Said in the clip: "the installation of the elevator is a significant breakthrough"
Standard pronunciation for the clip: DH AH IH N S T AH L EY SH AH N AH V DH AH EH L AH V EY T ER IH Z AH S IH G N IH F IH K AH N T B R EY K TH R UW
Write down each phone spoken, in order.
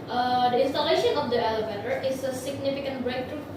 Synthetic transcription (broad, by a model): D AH IH N S T AH L EY SH AH N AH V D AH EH L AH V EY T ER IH S AH S IH G N IH F IH K AH N T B R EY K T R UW